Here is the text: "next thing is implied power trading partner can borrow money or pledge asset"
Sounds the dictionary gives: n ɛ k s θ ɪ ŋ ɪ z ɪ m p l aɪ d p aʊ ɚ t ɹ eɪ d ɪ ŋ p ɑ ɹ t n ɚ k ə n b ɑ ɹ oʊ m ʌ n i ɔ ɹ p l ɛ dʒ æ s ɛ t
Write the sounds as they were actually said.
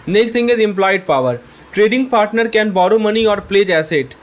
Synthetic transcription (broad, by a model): n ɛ k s t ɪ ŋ ɪ z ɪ m p l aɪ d p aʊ ɚ t ɹ eɪ d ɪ ŋ p ɑ ɹ t n ɚ k ə n b ɑ ɹ oʊ m ʌ n i ɔ ɹ p l ɛ dʒ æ s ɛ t